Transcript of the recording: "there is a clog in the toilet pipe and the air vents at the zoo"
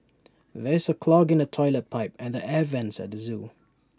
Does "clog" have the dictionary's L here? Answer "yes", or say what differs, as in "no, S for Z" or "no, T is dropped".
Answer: yes